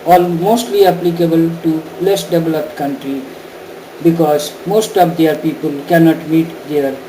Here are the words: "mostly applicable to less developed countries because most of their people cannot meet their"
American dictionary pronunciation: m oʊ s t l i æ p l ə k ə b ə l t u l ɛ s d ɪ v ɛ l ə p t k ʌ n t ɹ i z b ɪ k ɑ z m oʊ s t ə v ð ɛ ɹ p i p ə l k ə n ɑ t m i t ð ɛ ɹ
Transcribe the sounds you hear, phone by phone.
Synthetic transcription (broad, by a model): m oʊ s t l i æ p l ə k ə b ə l t u l ɛ s d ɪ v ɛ l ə p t k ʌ n t ɹ i b ɪ k ɑ z m oʊ s t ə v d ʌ ɹ p i p ə l k ə n ɑ t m i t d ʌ ɹ